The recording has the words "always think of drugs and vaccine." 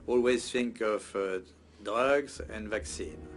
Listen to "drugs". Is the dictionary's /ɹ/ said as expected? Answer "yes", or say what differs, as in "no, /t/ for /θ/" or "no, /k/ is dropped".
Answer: no, /ɹ/ is dropped